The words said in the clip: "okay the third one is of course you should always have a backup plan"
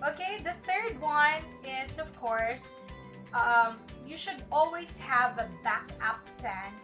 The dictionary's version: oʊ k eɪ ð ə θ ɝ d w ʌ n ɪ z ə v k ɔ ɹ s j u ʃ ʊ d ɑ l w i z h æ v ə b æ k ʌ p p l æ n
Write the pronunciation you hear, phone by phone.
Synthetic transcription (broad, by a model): oʊ k eɪ ð ə θ ɝ d w ʌ n ɪ z ə v k ɔ ɹ s j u ʃ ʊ d ɑ l w i z h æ v ə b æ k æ p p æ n